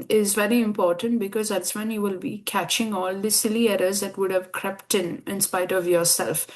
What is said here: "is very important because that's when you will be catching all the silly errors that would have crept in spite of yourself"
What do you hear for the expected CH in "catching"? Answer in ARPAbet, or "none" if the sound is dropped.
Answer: CH